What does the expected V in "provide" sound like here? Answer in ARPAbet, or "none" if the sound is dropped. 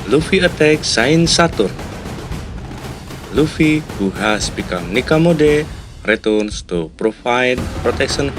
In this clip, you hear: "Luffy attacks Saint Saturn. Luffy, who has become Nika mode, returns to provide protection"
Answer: F